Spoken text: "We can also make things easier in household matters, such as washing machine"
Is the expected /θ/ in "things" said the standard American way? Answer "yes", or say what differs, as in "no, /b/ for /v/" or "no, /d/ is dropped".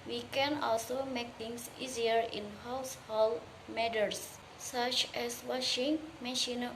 no, /t/ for /θ/